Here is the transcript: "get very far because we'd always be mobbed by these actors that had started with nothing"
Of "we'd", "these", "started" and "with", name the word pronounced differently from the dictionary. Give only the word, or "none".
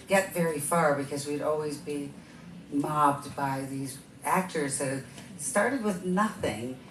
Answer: none